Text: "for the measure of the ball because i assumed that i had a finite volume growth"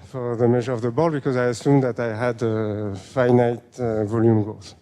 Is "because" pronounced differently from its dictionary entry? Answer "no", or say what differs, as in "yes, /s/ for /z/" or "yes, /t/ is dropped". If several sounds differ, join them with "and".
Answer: no